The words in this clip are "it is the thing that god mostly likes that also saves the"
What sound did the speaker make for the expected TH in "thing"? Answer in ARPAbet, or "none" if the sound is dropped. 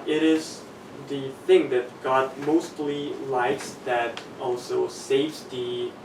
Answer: TH